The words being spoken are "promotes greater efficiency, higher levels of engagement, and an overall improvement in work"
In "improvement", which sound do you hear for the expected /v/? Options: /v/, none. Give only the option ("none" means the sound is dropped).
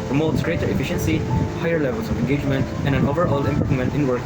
none